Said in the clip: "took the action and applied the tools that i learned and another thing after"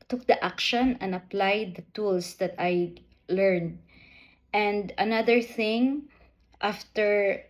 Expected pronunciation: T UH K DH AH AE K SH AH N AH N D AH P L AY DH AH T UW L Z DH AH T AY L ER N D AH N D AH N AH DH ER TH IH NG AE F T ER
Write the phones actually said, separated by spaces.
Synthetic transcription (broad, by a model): T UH K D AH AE K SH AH N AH N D AH P L AY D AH T UW L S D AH T AY L ER N D AH N D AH N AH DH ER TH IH NG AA F T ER